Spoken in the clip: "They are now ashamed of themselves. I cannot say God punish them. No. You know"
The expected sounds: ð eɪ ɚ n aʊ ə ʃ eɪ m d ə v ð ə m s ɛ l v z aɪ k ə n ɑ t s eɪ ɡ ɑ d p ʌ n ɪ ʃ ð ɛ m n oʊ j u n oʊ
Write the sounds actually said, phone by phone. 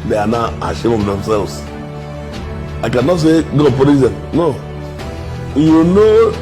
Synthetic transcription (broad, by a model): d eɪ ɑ n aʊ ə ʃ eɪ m ə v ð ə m s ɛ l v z aɪ k ə n ɑ t s eɪ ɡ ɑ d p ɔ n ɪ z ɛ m n oʊ j u n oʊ